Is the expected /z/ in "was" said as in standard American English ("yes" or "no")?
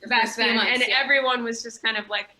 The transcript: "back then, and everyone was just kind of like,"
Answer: yes